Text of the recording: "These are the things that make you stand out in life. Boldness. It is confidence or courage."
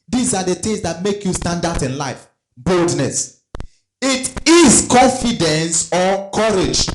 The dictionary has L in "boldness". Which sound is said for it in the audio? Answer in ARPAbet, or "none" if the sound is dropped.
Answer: L